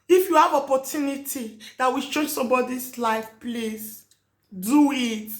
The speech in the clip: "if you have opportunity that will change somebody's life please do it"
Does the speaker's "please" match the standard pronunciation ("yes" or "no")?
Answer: no